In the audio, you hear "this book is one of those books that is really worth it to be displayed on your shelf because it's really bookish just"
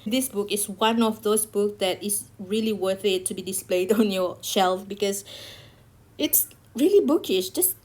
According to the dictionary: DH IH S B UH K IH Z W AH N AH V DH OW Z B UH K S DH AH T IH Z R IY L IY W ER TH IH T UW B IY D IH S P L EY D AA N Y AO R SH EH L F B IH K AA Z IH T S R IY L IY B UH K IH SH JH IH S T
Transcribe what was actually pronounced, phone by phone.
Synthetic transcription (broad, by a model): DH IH S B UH K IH S W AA N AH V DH OW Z B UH K S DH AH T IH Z R IY L IY W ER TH IH T UW B IY D IH S P L EY D AA N Y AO SH EH L F B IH K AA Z IH T S R IY L IY B UH K IH SH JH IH S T